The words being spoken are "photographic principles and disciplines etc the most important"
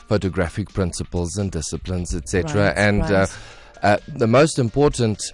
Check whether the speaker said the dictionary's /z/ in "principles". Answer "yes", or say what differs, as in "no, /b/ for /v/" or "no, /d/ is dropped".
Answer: yes